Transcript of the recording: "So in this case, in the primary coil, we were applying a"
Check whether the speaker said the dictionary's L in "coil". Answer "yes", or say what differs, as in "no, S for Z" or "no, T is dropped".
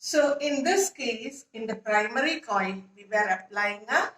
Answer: no, N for L